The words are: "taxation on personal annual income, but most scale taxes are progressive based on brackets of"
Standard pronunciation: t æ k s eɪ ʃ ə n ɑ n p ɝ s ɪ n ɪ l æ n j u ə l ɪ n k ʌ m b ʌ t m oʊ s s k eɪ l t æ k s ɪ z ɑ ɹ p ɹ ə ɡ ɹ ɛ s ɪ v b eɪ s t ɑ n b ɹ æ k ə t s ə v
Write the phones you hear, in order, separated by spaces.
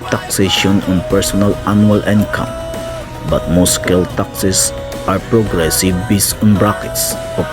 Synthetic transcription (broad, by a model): t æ k s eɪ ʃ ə n ɑ n p ɝ s ɪ n ɪ l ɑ n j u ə l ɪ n k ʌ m b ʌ t m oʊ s s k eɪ l t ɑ k s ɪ s ɑ ɹ p ɹ ə ɡ ɹ ɛ s ɪ v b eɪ s ɑ n b ɹ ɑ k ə t s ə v